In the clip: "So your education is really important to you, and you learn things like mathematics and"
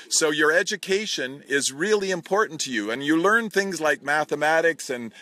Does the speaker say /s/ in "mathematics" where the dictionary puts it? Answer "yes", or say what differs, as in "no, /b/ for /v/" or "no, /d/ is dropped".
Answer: yes